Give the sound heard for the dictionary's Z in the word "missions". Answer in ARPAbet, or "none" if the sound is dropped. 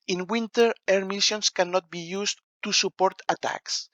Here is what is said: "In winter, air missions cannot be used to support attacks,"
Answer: S